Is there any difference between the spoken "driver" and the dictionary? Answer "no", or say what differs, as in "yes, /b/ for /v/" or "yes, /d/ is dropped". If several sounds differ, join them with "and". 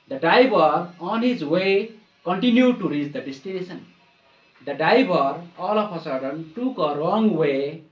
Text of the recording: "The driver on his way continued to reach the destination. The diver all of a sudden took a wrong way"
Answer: yes, /ɹ/ is dropped